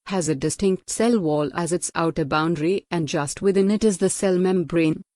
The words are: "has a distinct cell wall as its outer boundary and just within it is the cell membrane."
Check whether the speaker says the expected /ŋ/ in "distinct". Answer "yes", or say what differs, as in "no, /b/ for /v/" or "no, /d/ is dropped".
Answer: yes